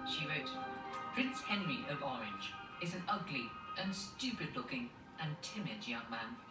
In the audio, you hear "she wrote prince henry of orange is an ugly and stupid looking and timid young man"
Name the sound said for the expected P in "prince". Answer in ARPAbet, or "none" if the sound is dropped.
P